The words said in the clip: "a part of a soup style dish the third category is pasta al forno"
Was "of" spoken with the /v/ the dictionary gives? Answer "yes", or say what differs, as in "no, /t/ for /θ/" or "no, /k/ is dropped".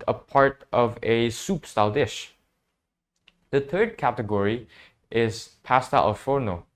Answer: yes